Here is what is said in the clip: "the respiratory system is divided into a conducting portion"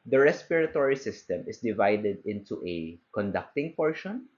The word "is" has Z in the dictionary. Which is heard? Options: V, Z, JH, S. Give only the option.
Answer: S